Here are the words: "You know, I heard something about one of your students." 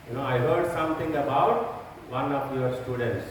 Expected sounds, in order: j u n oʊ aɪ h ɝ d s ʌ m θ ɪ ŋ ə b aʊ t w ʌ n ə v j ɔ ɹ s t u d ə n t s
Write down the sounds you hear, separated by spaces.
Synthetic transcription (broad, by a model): j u n oʊ aɪ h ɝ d s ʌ m t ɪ ŋ ə b aʊ t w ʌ n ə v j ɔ ɹ s t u d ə n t s